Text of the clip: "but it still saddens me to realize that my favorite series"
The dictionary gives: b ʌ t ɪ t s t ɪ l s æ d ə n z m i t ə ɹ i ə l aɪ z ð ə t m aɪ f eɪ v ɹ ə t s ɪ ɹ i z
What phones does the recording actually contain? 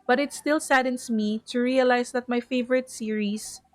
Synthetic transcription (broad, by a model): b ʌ t ɪ t s t ɪ l s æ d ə n s m i t ə ɹ i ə l aɪ s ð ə t m aɪ f eɪ v ɹ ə t s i ɹ i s